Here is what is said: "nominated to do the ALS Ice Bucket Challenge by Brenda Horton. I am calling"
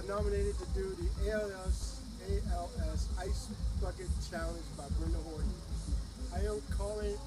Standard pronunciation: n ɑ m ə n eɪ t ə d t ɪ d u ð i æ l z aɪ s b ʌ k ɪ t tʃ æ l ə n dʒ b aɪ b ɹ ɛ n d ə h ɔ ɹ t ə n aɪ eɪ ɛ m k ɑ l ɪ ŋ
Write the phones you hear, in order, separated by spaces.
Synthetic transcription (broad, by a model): n ɑ m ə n eɪ t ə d t ɪ d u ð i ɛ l s aɪ s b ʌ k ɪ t tʃ æ l ə n dʒ b aɪ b ɹ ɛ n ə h ɔ ɹ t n aɪ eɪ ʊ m k ɑ l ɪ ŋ